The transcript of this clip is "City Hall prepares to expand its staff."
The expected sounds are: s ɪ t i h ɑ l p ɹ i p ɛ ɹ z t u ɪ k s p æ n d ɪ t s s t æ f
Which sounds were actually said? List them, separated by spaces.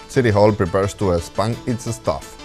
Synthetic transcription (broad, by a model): s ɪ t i h ɑ l p ɹ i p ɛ ɹ s t u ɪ s p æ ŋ ɪ t s s t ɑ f